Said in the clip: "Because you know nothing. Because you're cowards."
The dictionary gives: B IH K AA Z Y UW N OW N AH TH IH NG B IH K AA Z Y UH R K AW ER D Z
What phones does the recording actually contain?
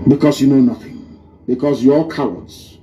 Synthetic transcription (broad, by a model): B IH K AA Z Y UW N OW N AH TH IH NG B IH K AA Z Y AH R K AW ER D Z